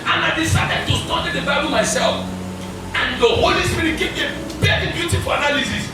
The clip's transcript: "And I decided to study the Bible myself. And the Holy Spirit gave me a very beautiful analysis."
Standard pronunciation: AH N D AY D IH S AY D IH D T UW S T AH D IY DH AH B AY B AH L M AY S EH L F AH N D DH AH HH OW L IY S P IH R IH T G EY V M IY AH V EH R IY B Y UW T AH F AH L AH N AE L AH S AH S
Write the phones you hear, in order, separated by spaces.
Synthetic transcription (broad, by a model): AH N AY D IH S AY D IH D T UW S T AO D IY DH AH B AY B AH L M AY S EH L F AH N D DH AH HH OW L IY S P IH R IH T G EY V AH P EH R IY B Y UW T AH F AH L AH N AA L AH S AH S